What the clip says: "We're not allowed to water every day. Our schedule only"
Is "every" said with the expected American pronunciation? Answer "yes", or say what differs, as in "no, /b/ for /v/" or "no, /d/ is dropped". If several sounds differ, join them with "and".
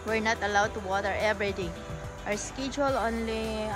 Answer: no, /b/ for /v/